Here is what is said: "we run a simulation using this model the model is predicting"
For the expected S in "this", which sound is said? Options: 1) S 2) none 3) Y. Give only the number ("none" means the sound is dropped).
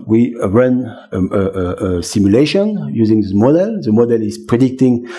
2